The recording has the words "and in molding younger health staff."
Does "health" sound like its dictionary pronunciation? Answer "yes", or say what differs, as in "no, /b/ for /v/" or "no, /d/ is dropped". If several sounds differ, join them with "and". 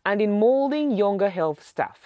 yes